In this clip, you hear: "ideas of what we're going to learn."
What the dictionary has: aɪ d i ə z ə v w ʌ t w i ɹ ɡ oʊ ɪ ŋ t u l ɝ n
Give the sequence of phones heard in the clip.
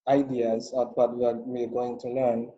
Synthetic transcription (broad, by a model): aɪ d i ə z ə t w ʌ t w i w ɡ oʊ ɪ ŋ t u l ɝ n